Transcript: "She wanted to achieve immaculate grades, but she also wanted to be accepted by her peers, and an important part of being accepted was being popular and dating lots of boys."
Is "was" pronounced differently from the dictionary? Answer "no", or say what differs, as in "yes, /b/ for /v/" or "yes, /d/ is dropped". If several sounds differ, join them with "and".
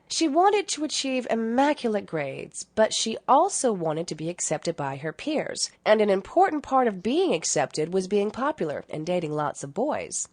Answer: no